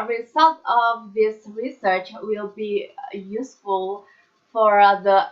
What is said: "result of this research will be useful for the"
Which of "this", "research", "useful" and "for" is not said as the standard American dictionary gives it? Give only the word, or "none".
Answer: none